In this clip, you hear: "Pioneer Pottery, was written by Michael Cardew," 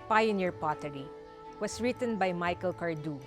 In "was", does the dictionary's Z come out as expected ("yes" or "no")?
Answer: no